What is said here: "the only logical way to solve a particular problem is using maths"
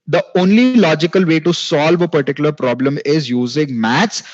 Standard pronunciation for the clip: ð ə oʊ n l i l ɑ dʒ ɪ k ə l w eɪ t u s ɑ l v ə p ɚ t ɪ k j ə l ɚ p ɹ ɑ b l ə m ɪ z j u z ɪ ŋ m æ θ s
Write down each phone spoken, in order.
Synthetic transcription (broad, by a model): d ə oʊ n l i l ɑ dʒ ɪ k ə l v eɪ t u s ɑ l v ə p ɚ t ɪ k j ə l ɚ p ɹ ɑ b l ə m ɪ z j u z ɪ ŋ m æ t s